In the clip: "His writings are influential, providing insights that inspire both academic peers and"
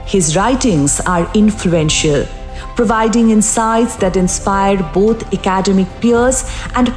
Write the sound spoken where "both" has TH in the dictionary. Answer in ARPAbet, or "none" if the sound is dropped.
T